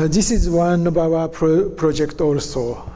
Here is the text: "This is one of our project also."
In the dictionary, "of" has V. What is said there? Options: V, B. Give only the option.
B